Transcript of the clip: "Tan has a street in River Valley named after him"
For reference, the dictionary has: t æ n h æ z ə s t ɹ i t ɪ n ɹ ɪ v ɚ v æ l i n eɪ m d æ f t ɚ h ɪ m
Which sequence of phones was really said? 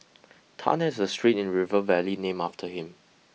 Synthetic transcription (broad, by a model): t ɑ n h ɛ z ə s t ɹ i t ɪ n ɹ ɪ v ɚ v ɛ l i n eɪ m ɑ f t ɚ h ɪ m